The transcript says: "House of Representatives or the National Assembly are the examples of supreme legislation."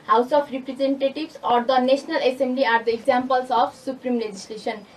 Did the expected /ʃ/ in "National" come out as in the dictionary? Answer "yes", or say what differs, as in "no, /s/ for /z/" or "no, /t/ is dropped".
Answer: no, /s/ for /ʃ/